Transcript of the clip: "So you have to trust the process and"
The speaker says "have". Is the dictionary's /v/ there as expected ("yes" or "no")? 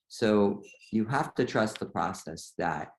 no